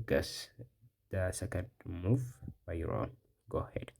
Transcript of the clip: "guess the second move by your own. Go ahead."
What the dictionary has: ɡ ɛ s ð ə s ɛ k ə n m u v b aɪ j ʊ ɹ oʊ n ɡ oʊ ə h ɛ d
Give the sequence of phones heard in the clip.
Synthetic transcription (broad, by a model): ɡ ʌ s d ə s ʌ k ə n m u f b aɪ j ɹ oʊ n ɡ oʊ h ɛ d